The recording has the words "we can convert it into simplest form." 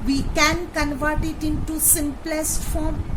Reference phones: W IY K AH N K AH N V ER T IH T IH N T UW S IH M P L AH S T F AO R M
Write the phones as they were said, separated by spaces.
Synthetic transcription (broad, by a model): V IY K AH N K AH N V ER T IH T IH N T UW S IH M P L AH S T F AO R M